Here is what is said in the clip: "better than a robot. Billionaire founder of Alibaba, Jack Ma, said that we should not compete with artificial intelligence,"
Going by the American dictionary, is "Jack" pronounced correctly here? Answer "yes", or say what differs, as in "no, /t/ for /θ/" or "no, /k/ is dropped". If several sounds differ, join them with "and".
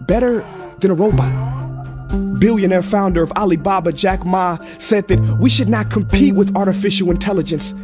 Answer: yes